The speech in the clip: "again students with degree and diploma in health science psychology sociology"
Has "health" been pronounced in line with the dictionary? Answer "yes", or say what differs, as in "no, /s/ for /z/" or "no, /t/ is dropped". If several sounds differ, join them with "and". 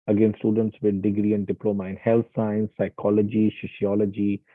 no, /t/ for /θ/